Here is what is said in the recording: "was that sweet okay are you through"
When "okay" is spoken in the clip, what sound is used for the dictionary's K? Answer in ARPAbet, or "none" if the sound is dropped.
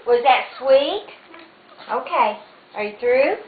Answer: K